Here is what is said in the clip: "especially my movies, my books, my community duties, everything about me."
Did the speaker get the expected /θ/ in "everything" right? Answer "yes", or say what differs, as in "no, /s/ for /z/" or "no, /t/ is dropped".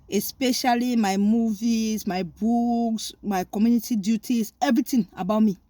no, /t/ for /θ/